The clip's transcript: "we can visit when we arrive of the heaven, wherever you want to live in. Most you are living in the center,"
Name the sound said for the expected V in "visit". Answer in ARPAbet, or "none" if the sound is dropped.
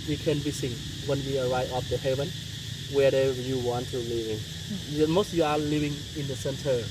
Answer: B